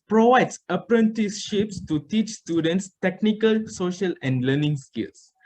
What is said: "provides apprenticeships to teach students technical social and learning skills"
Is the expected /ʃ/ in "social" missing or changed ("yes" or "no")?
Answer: no